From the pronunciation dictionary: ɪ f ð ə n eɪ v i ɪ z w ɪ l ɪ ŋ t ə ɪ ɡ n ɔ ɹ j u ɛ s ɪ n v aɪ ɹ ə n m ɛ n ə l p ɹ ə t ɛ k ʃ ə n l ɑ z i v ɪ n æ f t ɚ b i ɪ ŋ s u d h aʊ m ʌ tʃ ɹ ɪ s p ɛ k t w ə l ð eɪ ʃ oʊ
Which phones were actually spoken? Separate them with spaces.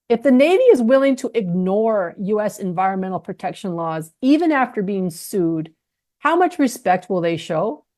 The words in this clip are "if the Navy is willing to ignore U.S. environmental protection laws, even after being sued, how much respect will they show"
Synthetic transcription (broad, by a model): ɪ f ð ə n eɪ v i ɪ z w ɪ l ɪ ŋ t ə ɪ ɡ n ɔ ɹ j u ɛ s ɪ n v aɪ ɹ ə n m ɛ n l p ɹ ə t ɛ k ʃ ə n l ɑ z i v ɪ n æ f t ɚ b i ɪ ŋ s u d h aʊ m ʌ tʃ ɹ ɪ s p ɛ k t w ə l ð eɪ ʃ oʊ